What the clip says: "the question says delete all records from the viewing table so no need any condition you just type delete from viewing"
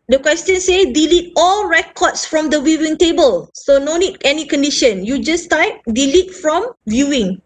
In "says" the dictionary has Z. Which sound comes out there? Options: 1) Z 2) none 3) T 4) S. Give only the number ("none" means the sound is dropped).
2